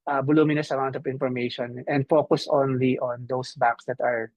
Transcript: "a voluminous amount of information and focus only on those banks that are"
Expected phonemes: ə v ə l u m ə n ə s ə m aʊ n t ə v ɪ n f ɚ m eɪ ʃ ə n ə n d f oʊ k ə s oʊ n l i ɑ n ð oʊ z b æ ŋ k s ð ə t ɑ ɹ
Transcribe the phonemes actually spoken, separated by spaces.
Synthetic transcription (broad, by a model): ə b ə l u m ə n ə s ə m aʊ n t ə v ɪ n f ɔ m eɪ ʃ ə n ə n d f oʊ k ə s oʊ n l i ɑ n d oʊ s b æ k s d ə t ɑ ɹ